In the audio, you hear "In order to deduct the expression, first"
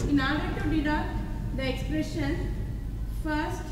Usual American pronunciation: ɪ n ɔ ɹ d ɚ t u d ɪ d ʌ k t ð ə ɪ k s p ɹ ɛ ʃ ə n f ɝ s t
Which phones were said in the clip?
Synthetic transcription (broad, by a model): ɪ n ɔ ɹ d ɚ t u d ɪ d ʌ t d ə ɪ k s p ɹ ɛ ʃ ə n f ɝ s t